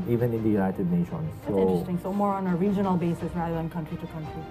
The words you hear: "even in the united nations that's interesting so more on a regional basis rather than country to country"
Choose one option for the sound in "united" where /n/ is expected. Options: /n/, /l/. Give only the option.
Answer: /l/